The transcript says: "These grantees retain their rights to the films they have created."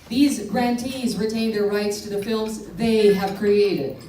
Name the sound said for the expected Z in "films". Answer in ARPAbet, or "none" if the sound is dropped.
Z